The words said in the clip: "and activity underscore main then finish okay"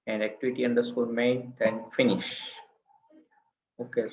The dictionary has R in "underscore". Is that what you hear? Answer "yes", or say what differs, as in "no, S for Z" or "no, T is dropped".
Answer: no, L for R